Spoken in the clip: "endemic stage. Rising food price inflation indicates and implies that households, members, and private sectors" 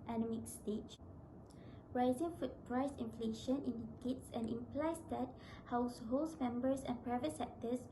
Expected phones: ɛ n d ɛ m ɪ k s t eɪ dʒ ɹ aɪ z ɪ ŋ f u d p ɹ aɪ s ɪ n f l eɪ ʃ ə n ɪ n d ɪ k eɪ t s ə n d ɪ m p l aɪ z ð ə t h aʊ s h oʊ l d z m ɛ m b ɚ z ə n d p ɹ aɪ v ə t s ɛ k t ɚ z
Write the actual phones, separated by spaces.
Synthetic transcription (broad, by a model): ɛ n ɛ m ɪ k s t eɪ tʃ ɹ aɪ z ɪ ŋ f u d p ɹ aɪ s ɪ n f l eɪ ʃ ə n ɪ n d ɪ k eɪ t s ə n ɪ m p l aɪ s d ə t h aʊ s h oʊ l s m ɛ m b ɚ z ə n p ɹ aɪ v ə t s ɛ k t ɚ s